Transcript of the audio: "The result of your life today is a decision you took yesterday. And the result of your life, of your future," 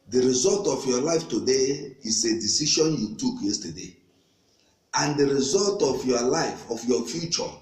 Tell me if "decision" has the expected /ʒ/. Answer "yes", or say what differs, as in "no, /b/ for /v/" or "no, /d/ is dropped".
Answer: no, /ʃ/ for /ʒ/